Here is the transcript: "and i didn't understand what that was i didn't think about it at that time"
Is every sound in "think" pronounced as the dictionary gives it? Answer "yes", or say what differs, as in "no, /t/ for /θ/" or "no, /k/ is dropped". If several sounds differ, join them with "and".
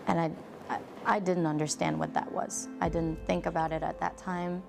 yes